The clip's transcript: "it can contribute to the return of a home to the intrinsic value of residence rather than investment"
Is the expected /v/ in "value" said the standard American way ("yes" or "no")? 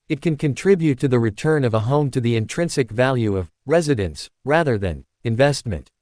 yes